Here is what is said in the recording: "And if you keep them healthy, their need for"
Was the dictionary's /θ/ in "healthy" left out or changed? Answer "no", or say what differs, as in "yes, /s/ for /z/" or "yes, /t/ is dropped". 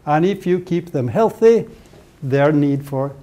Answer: no